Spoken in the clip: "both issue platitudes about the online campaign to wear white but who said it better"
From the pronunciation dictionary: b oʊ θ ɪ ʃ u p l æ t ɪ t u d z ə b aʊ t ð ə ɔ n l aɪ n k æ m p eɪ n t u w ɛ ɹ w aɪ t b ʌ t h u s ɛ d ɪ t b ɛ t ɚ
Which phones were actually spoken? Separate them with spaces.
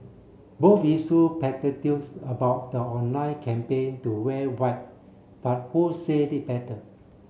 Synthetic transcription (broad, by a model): b oʊ f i s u p ɛ t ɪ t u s ə b aʊ t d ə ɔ n aɪ k æ m p eɪ n t u w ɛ w aɪ t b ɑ t h u s ɛ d ɪ t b ɛ t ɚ